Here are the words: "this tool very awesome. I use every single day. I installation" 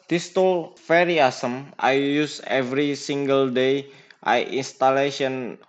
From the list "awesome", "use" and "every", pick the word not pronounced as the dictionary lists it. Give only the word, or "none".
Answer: none